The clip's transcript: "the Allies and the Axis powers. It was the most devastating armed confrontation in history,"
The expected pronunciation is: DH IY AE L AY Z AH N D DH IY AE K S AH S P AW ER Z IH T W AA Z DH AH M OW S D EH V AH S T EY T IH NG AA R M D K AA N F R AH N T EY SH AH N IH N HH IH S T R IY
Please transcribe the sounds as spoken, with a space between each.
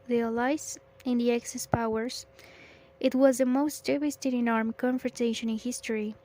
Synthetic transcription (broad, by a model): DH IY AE L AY S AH N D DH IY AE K S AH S P AW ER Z IH T W AA Z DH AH M OW S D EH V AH S T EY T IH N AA R M K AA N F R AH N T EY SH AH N IH N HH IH S T R IY